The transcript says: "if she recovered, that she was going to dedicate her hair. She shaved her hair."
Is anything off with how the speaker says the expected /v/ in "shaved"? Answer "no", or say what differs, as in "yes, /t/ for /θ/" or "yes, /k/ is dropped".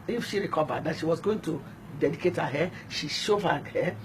yes, /v/ is dropped